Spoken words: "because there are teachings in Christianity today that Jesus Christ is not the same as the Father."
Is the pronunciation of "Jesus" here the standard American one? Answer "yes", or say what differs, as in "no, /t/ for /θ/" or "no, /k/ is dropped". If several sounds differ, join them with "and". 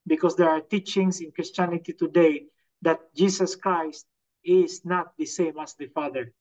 no, /s/ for /z/